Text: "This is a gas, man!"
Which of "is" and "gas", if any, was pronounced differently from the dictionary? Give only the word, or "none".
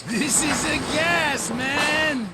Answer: none